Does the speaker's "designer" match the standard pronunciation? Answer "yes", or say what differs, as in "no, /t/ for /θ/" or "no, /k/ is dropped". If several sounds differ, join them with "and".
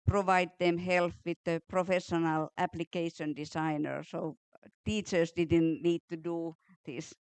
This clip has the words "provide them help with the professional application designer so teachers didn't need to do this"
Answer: no, /s/ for /z/